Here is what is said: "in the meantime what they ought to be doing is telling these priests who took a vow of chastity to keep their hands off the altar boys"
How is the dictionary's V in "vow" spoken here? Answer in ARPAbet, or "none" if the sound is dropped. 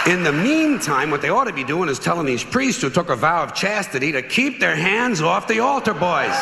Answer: V